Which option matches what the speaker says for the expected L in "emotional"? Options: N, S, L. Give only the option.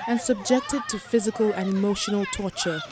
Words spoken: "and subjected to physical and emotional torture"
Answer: L